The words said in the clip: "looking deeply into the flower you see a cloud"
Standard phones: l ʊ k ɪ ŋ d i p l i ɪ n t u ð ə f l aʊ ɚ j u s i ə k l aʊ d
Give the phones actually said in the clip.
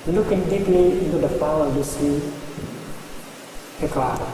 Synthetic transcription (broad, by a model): l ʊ k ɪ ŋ d i p l i ɪ n t u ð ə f aʊ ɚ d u s i ə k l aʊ